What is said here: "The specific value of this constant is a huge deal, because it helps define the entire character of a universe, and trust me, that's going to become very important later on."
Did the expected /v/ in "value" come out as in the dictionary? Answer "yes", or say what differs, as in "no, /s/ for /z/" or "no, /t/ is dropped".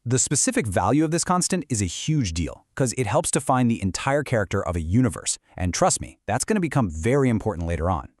yes